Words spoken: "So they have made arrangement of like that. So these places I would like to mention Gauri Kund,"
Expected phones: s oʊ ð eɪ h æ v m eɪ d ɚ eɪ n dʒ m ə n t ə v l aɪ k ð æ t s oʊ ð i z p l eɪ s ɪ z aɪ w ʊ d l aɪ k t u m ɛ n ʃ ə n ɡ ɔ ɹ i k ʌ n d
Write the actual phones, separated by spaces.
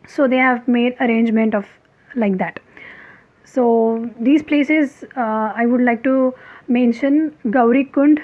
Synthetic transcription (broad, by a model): s oʊ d eɪ h æ v m eɪ d ɚ eɪ n dʒ m ə n t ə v l aɪ k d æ t s oʊ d i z p l eɪ s ɪ z aɪ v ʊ d l aɪ k t u m ɛ n ʃ ə n ɡ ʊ ɹ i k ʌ n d